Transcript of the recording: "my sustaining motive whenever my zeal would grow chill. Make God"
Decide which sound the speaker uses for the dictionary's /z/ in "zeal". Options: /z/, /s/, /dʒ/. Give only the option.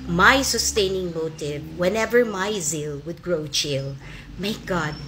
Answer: /z/